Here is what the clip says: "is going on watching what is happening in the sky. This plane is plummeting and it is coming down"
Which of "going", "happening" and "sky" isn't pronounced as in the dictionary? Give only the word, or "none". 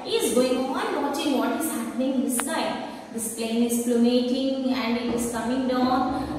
sky